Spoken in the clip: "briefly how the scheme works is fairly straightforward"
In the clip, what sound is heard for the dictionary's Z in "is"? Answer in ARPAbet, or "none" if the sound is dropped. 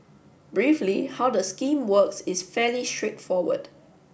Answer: S